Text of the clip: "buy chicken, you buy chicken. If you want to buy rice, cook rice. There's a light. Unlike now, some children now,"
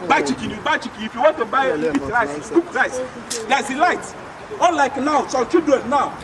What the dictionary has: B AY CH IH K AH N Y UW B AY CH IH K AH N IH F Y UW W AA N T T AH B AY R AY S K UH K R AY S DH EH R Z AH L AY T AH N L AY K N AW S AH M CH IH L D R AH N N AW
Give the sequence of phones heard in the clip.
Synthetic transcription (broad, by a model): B AY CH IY K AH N Y UW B AY CH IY K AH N IH F Y UW W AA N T T AH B AY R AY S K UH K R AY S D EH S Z AH L AY T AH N L AY K N AW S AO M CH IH D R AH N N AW